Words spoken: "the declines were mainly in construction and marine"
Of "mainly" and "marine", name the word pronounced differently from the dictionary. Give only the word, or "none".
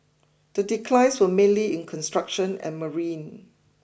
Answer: none